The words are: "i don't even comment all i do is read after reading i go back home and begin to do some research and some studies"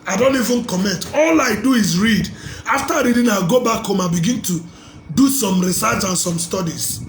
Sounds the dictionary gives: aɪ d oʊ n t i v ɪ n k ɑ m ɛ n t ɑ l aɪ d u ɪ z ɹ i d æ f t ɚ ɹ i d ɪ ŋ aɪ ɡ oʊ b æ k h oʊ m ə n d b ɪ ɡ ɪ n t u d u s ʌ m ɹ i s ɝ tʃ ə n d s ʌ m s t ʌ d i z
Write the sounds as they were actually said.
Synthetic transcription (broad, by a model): aɪ d oʊ n t i v ɪ n k ɑ m ɛ n t ɑ l aɪ d u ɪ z ɹ i d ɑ f t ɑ ɹ i d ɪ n aɪ ɡ oʊ b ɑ k h oʊ m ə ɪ b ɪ ɡ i n t u d u s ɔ m ɹ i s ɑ s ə n s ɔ m s t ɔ d i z